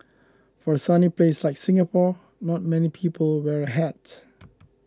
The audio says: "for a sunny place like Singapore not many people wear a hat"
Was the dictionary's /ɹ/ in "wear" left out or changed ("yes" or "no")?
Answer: no